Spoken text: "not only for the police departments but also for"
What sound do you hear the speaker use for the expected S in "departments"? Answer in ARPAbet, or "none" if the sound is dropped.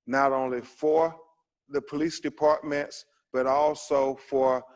S